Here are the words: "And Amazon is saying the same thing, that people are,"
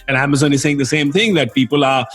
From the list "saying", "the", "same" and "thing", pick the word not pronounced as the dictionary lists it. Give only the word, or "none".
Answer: none